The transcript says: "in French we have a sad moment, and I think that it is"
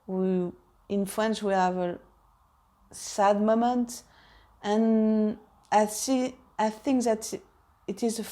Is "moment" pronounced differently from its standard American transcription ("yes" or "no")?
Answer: no